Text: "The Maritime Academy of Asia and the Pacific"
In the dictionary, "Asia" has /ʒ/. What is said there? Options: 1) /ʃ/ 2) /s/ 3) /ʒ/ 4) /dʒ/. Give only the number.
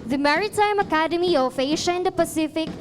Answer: 1